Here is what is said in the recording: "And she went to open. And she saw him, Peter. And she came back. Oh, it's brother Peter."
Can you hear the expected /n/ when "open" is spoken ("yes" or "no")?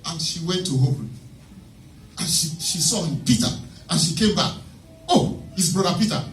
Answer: no